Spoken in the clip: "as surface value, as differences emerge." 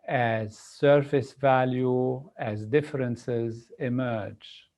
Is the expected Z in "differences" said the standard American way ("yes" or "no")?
yes